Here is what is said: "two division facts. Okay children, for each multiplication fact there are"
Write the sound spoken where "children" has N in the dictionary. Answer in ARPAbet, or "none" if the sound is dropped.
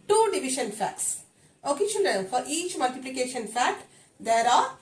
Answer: L